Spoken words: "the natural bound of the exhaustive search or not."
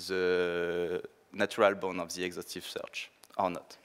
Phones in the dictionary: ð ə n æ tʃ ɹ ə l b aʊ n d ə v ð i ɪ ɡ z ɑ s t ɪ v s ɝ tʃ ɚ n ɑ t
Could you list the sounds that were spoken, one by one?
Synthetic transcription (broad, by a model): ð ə n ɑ tʃ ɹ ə l b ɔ n ə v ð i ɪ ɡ z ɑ s t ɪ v s ɝ tʃ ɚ n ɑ t